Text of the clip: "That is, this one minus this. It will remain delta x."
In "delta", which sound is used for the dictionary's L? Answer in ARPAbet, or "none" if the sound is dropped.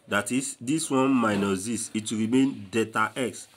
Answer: none